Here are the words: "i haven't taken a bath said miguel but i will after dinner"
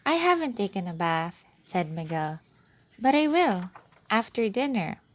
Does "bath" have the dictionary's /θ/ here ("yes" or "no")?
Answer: yes